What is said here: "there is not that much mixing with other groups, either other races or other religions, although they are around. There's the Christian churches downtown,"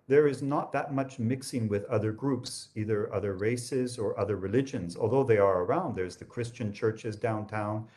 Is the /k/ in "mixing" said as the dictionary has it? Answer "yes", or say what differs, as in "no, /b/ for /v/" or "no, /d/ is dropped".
yes